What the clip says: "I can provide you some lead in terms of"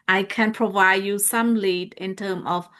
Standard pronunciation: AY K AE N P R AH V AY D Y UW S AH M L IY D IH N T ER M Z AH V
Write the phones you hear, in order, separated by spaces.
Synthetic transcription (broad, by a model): AY K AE N P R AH V AY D Y UW S AH M L IY D IH N T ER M AH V